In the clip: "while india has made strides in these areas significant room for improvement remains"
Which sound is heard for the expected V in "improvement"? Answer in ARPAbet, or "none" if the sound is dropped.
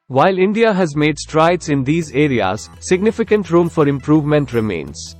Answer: V